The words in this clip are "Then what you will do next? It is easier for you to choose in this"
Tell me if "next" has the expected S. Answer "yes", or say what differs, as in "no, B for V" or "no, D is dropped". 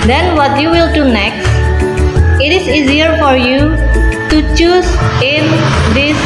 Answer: yes